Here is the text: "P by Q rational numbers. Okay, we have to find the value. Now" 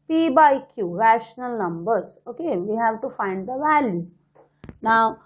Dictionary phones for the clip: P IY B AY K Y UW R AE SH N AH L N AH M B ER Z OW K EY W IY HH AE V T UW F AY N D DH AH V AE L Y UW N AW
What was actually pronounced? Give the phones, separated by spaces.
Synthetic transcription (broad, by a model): P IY B AY K Y UW R AE SH N AH L N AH M B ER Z OW K EY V IY HH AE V T UW F AY N D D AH V AE L Y UW N AW